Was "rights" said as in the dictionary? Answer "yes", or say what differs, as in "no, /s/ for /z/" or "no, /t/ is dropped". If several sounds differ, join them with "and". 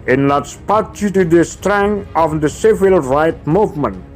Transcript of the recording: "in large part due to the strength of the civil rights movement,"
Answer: no, /s/ is dropped